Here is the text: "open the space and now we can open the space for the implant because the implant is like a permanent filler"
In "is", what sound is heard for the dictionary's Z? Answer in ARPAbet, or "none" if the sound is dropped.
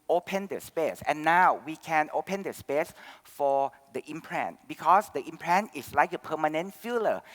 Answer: S